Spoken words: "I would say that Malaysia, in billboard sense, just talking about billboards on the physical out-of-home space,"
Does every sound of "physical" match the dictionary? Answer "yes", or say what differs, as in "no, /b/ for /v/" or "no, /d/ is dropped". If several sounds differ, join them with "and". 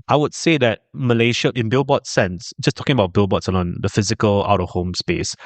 yes